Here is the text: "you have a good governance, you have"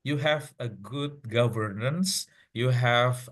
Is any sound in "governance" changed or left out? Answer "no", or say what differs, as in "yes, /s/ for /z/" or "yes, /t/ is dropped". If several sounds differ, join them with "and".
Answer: no